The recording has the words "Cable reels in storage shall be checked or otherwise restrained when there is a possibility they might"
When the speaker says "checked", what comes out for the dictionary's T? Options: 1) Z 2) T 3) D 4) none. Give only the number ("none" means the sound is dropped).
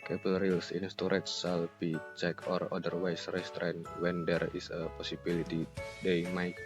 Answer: 4